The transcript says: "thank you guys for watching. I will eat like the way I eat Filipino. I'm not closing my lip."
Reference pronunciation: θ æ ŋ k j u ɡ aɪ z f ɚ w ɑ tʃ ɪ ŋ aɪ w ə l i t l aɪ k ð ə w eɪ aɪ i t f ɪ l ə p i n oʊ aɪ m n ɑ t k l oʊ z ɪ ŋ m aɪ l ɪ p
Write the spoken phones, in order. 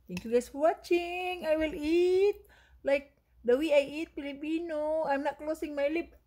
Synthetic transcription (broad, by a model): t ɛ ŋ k j u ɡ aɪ s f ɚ w ɑ tʃ ɪ ŋ aɪ w ə l i t l aɪ k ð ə w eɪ aɪ i t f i l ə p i n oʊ aɪ m n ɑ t k l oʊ s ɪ ŋ m aɪ l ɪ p